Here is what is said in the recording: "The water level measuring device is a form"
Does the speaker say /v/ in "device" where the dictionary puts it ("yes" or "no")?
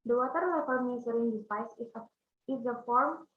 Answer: no